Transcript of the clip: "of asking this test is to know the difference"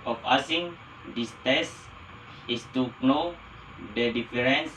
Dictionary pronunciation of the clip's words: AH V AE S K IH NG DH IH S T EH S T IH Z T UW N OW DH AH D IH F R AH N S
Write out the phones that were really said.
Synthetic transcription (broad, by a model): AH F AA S IH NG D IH S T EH S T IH S T UW N OW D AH D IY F R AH N S